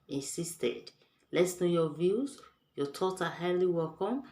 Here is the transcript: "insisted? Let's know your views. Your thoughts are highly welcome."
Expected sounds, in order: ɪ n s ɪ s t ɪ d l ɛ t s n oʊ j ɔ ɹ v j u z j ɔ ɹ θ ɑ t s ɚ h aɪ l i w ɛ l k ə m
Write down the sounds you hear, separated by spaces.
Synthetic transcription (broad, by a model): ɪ n s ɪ s t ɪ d l ɛ t s n oʊ j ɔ v j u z j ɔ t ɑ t ɚ h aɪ l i w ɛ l k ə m